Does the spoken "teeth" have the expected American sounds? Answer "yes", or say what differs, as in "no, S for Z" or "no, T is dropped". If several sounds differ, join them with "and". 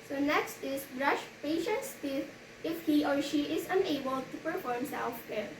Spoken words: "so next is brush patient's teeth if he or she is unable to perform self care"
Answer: no, T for TH